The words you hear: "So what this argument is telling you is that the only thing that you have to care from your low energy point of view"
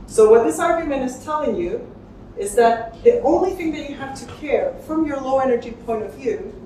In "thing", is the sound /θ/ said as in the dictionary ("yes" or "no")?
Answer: yes